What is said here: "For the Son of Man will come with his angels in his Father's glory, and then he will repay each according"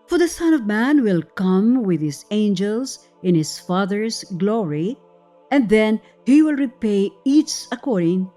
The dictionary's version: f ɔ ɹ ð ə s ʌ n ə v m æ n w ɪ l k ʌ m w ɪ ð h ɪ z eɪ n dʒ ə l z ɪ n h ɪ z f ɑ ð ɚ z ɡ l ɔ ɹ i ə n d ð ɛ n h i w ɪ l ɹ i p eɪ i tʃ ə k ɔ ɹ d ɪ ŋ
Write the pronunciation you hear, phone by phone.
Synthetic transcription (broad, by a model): f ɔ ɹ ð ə s ʌ n ə v m æ n w ɪ l k ʌ m w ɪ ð h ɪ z eɪ n dʒ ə l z ɪ n h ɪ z f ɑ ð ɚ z ɡ l ɔ ɹ i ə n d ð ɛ n h i w ɪ l ɹ i p eɪ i s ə k ɔ ɹ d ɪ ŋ